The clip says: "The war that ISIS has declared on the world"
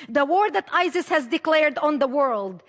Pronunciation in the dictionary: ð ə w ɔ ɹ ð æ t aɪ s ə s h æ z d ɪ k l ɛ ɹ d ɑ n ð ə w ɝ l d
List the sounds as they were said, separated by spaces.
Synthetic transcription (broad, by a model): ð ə w ɔ ɹ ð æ t aɪ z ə s h æ z d ɪ k l ɛ ɹ d ɑ n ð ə w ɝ l d